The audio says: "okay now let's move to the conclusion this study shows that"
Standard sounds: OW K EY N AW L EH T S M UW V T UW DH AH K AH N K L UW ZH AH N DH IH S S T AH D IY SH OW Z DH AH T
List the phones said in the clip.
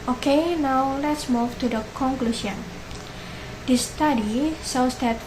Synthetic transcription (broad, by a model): OW K EY N AW L EH T S M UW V T UW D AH K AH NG K L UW S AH N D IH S S T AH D IY S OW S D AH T